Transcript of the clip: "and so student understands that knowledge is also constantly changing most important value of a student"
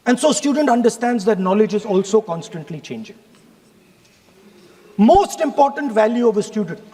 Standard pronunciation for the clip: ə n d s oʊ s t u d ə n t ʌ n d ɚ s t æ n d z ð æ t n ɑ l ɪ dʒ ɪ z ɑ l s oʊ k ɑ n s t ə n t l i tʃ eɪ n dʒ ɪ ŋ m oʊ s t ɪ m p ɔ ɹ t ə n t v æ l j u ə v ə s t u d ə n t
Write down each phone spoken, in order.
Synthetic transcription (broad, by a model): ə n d s oʊ s t u d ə n t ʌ n d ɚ s t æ n d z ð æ t n ɑ l ɪ dʒ ɪ z ɑ l s oʊ k ɑ n s t ə n t l i tʃ eɪ n dʒ ɪ ŋ m oʊ s t ɪ m p ɔ ɹ t ə n t v æ l j u ə v ə s t u d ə n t